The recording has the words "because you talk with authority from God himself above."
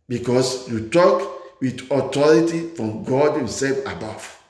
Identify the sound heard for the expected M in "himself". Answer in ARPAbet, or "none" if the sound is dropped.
M